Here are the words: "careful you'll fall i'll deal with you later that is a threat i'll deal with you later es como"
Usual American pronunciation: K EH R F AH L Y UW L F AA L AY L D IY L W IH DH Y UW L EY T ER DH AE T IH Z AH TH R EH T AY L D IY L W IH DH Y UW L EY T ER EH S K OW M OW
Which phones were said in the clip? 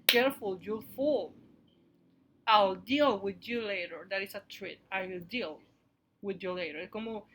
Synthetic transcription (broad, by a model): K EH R F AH L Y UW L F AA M AY L D IY L W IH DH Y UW L EY T ER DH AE T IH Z AH T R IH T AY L D IY L W IH DH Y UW L EY T ER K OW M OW